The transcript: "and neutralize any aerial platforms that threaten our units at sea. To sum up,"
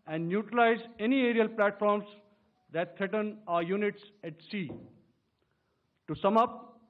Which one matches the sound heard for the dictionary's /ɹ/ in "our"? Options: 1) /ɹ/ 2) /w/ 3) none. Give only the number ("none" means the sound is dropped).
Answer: 1